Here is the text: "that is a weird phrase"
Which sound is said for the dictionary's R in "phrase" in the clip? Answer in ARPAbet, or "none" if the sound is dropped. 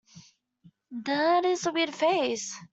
none